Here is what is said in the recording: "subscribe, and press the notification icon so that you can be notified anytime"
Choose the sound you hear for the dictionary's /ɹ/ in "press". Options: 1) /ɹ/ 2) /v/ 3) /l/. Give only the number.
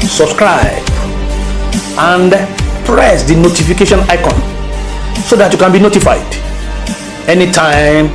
1